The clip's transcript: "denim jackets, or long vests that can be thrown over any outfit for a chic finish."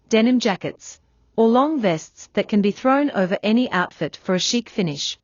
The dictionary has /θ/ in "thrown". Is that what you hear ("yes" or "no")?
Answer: yes